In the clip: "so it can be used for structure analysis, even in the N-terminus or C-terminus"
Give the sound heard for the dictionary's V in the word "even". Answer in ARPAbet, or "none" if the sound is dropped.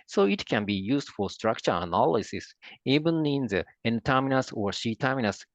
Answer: B